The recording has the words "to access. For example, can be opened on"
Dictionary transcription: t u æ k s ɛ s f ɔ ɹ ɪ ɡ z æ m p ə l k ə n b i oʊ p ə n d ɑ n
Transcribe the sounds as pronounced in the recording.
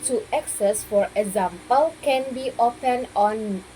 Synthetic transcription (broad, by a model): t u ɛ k s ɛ s f ɔ ɹ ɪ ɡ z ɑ m p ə l k ə n b i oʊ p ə n ɑ n